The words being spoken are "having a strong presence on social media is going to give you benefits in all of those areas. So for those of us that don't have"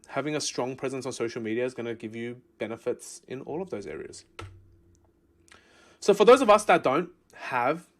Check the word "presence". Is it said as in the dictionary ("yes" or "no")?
yes